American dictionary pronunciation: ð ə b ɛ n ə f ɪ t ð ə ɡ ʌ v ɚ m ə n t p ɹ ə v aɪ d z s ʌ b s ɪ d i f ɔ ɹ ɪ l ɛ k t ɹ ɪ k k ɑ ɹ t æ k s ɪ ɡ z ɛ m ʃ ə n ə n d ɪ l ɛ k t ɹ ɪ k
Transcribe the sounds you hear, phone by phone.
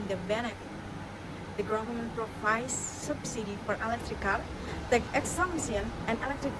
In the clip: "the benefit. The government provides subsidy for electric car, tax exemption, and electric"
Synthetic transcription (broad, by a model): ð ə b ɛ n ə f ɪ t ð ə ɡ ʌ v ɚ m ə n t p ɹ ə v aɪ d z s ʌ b s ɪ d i f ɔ ɹ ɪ l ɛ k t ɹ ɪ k k ɑ ɹ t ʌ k ɪ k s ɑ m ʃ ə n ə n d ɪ l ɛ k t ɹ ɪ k